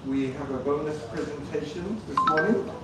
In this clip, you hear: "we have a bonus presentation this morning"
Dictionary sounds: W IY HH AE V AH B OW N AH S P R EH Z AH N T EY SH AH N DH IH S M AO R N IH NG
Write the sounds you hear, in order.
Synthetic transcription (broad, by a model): W IY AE V AH B OW N AH S P R EH Z AH N T EY SH AH N DH IH S M AO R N IH NG